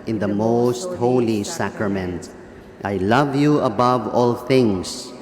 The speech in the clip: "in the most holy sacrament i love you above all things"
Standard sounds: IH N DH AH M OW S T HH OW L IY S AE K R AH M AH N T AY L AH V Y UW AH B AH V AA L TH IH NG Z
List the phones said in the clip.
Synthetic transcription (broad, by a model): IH N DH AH M OW S T HH OW L IY S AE K R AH M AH N T AY L AH V Y UW AH B AH V AA L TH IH NG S